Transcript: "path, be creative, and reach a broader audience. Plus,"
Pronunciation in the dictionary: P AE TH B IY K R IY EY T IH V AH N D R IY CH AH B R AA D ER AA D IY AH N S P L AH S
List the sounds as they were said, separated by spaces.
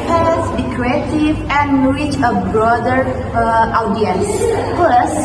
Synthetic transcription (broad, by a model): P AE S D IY K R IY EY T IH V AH N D R IY CH AH B R AA D ER AA D IY AH N S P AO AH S